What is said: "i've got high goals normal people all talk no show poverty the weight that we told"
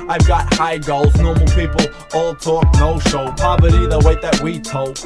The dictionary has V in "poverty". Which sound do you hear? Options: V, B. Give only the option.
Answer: B